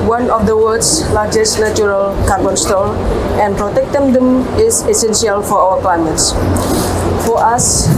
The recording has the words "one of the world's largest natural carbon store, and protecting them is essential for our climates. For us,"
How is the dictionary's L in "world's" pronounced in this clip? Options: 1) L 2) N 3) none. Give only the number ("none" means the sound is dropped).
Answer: 3